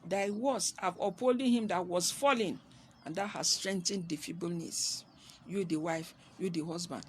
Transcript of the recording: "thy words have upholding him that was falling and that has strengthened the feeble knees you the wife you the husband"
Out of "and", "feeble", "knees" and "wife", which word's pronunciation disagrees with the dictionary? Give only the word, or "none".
knees